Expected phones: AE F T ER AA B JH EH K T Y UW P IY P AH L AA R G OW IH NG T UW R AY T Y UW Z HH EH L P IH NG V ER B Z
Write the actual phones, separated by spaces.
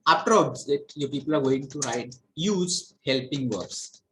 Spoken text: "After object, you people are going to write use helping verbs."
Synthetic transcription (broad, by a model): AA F T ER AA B Z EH T Y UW P IY P AH L AA R G OW IH NG T UW R AY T Y UW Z HH EH L P IH NG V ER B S